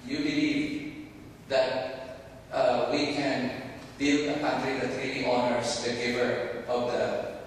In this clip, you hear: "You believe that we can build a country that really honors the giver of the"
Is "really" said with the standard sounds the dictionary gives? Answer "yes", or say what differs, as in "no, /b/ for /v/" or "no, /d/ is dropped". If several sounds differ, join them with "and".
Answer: no, /n/ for /l/